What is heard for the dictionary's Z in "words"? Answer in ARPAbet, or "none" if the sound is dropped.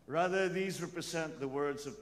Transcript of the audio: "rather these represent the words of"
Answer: Z